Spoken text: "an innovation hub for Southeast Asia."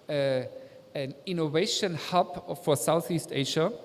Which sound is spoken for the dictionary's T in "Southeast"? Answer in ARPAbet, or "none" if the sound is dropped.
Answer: T